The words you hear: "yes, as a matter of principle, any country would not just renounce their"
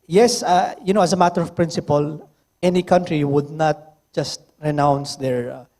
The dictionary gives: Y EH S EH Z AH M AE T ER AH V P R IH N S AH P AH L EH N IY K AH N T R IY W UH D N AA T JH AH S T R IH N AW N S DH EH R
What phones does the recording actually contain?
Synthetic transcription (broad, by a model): Y EH S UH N AH M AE T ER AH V P R IH N S AH P AH L EH N IY K AH N T R IY W UH D N AA T JH AH S T R IH N AW N S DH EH R